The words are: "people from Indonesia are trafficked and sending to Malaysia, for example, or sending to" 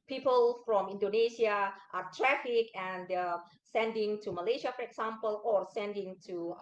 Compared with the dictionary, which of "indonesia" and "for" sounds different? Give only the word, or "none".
indonesia